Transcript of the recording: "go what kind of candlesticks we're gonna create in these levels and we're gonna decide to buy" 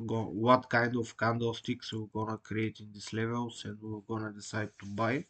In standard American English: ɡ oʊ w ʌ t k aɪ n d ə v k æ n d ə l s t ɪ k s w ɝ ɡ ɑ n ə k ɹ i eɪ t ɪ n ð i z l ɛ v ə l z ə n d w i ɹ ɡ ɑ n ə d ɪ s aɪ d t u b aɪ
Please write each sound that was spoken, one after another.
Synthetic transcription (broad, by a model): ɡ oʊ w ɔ t k aɪ n d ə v k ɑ n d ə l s t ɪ k s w ɡ ɑ n ə k ɹ i eɪ t ɪ n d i s l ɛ v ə l s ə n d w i w ɡ ɑ n ə d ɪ s aɪ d t u b aɪ